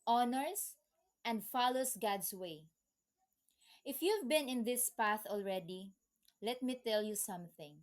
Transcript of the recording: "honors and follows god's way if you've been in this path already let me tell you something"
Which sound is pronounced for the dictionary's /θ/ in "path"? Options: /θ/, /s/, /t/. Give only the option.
/θ/